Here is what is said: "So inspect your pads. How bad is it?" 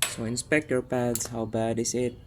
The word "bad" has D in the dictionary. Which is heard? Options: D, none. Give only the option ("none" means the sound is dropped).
D